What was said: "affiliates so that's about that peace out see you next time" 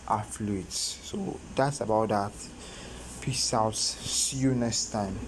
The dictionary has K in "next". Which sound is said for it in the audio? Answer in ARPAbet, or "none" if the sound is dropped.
none